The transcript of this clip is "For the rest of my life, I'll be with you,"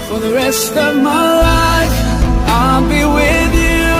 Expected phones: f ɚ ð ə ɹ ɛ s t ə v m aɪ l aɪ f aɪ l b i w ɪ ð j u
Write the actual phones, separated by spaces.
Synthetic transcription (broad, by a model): f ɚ ð ə ɹ ɛ s t ə v m aɪ l aɪ f aɪ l b i w ɪ ð j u